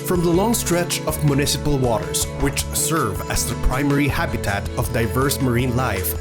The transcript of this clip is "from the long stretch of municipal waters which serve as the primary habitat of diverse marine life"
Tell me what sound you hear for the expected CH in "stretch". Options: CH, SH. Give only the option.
CH